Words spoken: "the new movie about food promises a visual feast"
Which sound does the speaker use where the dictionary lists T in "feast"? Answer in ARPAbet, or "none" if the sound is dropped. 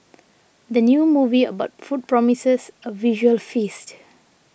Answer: T